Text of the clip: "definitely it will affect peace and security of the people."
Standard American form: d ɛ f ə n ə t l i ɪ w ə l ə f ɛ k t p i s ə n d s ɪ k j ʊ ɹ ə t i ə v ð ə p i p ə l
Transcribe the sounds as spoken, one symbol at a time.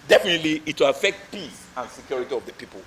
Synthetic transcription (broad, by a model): d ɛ f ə n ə t l i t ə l ə f ɛ k t p i s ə n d s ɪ k j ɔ ɹ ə t i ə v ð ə p i p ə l